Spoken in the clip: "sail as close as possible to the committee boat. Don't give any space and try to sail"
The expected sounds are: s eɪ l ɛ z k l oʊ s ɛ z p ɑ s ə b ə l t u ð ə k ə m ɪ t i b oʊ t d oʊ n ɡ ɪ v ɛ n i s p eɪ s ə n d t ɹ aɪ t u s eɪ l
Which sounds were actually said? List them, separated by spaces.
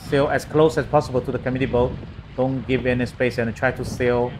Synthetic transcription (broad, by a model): s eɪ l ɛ s k l oʊ s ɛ s p ɑ s ə b ə l t u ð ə k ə m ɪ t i b oʊ t d oʊ n ɡ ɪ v ɛ n i s p eɪ s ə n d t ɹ aɪ t u s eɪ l